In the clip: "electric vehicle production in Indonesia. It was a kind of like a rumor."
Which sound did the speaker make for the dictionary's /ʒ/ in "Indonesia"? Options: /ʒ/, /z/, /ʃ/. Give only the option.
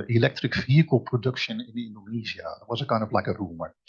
/z/